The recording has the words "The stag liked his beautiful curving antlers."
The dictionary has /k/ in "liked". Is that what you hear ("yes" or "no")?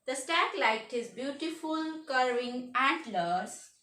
no